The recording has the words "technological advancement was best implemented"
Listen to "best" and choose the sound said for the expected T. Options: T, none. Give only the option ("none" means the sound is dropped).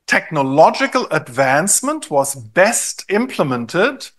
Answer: T